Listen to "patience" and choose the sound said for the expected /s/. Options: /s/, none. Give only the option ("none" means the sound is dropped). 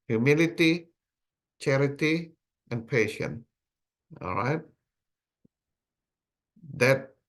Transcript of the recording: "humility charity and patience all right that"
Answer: none